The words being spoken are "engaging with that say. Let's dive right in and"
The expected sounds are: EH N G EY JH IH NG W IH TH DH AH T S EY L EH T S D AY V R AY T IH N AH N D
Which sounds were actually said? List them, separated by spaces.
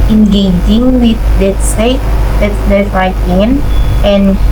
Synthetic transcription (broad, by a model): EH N G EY JH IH NG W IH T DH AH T S EY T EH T D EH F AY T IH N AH N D